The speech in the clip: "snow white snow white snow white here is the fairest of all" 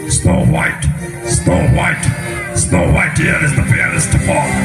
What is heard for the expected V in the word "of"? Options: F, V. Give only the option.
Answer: F